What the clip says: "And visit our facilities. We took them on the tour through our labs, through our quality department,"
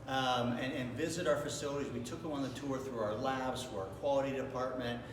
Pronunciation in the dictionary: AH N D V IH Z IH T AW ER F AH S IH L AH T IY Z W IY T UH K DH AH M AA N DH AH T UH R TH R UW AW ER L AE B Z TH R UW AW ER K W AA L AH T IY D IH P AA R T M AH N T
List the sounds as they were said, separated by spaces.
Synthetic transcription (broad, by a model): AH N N V IH Z IH T AW ER F AH S IH L AH T IY Z W IY T UH K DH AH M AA N DH AH T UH R TH R UW AW ER L AE B Z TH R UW AW ER K W AA L AH T IY D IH P AA R T M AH N T